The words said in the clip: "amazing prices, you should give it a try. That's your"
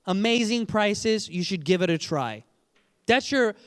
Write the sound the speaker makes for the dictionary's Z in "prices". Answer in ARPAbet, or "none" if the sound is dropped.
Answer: Z